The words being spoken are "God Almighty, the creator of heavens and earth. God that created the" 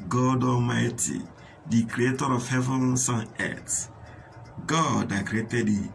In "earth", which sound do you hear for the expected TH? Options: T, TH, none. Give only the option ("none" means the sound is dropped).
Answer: T